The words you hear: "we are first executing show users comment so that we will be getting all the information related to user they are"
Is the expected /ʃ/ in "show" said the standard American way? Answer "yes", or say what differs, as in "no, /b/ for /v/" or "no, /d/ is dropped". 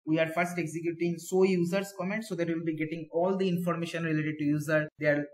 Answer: no, /s/ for /ʃ/